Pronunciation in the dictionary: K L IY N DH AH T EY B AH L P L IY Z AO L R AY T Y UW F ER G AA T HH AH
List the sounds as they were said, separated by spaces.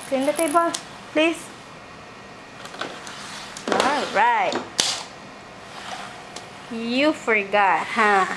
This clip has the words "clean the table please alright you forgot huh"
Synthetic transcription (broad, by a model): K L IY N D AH T EY B AH L P L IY S AO L R AY T Y UW F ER G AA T HH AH